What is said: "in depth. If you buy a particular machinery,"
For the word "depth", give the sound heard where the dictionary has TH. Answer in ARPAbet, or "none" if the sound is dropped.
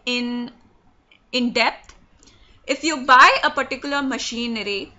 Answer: T